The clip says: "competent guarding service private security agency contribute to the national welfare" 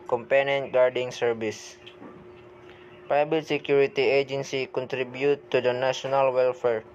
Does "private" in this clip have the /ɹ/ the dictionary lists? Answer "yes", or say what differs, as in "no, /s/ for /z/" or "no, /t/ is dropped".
no, /ɹ/ is dropped